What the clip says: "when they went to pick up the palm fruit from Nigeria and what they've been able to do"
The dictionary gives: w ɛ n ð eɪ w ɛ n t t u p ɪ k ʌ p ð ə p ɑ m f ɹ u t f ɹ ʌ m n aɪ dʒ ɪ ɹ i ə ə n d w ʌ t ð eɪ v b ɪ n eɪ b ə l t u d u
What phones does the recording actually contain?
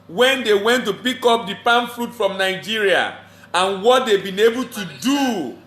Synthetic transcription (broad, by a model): w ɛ n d eɪ w ɛ n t t u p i k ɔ p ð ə p ɑ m f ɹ u t f ɹ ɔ m n aɪ dʒ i ɹ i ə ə n w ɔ t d eɪ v b ɪ n eɪ b ə l t u d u